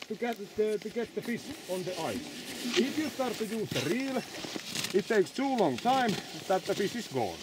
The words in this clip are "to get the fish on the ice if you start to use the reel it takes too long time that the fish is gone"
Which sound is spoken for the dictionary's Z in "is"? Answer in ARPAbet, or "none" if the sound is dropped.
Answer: S